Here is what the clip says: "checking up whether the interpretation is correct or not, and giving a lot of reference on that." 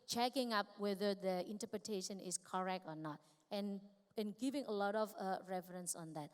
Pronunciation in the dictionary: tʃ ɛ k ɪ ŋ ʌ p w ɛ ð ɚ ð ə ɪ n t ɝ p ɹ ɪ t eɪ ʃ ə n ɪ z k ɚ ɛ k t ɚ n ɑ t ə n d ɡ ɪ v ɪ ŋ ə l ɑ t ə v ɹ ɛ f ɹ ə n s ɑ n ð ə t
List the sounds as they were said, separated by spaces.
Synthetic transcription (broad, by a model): tʃ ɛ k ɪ ŋ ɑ p w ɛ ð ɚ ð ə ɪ n t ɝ p ɹ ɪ t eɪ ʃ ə n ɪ s k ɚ ɛ k t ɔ n ɑ t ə n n ɡ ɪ v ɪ ŋ ə l ɑ t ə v ɹ ɛ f ɹ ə n s ɑ n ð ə t